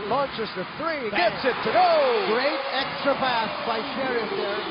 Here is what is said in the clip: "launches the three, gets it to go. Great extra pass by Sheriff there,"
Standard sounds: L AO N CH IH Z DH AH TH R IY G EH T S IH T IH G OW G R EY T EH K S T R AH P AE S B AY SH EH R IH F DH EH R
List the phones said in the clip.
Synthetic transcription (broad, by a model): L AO N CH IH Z DH AH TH R IY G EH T S IH T IH G OW G R EY T EH K S T R AH B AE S B AY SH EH R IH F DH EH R